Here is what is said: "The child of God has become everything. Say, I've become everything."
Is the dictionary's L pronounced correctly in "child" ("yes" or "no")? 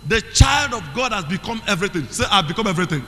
yes